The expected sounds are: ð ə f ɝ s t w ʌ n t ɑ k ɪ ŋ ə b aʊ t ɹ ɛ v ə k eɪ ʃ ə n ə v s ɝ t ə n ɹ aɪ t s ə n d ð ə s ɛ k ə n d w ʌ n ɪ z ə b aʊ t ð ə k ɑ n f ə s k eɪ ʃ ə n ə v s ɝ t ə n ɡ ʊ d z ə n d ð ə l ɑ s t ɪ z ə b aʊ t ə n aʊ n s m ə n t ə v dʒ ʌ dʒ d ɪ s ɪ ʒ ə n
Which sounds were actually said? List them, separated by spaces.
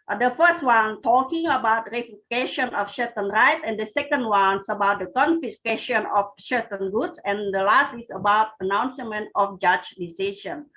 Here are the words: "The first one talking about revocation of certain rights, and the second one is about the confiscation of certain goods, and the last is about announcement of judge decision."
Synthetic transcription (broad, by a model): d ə f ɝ s t w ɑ n t ɑ k ɪ ŋ ə b aʊ t ɹ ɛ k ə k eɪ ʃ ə n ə f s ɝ t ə n ɹ aɪ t ə n d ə s ɛ k ə n d w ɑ n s ə b aʊ t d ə k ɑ n f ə s k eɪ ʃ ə n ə f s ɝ t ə n ɡ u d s ə n d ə l ɑ s t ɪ s ə b aʊ t ə n aʊ n s m ə n t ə f dʒ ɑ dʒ d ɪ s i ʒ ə n